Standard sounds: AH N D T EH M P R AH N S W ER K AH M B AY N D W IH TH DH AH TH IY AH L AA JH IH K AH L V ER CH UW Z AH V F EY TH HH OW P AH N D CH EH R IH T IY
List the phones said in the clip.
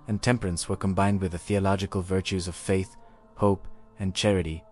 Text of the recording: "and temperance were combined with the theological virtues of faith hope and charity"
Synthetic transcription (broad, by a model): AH N T EH M P R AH N S W ER K AH M B AY N D W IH DH AH TH IY AH L AA JH IH K AH L V ER CH UW Z AH V F EY TH HH OW P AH N CH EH R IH T IY